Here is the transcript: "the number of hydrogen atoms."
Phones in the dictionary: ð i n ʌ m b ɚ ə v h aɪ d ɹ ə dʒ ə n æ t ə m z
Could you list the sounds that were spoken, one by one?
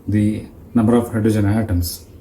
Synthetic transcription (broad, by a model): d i n ʌ m b ɚ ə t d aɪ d ə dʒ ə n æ t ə m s